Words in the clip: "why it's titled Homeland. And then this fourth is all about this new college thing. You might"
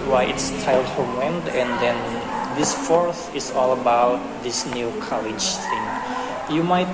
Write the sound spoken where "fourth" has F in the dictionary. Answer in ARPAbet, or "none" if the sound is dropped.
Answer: F